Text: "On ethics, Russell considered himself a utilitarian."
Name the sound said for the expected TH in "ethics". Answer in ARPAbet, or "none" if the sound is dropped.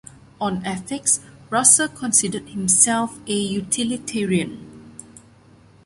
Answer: F